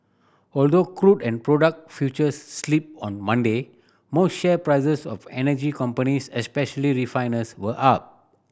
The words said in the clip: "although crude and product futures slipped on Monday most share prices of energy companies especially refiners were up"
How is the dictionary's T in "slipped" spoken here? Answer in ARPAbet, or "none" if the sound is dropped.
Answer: none